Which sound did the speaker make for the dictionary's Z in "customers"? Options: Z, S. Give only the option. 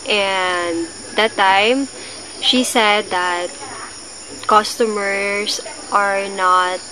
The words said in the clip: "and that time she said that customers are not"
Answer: S